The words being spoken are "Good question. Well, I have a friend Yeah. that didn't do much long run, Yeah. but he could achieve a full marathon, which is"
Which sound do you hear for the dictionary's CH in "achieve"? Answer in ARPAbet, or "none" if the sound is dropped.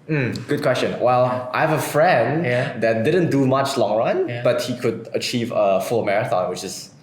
CH